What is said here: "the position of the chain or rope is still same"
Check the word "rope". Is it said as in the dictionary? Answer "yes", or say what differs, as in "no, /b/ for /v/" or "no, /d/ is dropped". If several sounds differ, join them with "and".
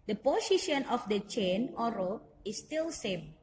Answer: no, /p/ is dropped